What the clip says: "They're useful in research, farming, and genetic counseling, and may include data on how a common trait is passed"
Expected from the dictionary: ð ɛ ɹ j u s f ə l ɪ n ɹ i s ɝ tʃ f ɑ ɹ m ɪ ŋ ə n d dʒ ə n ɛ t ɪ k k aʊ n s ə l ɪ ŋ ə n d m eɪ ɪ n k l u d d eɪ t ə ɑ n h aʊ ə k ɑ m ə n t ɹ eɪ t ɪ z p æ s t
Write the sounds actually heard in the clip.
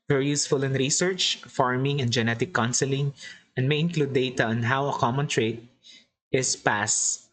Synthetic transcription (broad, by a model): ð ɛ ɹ j u s f ə l ɪ n ɹ i s ɝ tʃ f ɑ ɹ m ɪ ŋ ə n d dʒ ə n ɛ t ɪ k k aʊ n s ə l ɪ ŋ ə n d m eɪ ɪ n k l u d d eɪ t ə ɑ n h aʊ ə k ɑ m ə n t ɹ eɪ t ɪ s p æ s